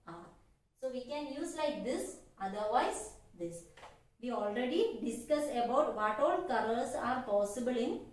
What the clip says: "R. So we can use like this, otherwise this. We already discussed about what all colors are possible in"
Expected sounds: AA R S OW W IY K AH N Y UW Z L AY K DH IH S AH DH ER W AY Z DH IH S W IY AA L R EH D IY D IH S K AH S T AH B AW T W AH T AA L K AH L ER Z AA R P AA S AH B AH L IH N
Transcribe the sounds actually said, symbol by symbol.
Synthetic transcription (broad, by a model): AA R S OW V IY K AH N Y UW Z L AY K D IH S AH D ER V AY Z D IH S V IY AA L R EH D IY D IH S K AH S AH B AW T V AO T AA L K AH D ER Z AA R P AA S AH B AH L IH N